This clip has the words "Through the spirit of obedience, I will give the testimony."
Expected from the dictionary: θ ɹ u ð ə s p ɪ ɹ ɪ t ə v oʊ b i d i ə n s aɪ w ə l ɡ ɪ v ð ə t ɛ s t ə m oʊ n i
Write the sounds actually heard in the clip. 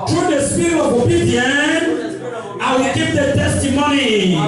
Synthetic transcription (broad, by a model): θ ɹ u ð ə s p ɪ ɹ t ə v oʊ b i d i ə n aɪ w ə l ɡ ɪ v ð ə t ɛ s t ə m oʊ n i